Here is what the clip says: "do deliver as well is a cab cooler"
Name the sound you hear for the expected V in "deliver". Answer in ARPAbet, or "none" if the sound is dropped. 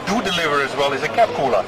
V